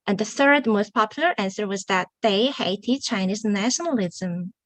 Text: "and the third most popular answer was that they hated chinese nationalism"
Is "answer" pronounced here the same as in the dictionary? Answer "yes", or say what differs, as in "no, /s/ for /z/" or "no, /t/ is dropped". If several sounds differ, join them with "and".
yes